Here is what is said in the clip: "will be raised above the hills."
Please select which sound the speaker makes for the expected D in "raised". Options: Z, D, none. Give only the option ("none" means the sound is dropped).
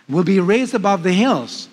D